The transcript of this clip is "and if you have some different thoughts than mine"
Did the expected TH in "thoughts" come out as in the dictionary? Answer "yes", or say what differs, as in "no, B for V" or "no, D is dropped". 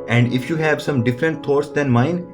no, T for TH